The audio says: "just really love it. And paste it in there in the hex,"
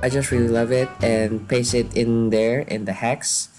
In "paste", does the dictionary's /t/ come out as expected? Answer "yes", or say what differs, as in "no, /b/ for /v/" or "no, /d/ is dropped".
no, /t/ is dropped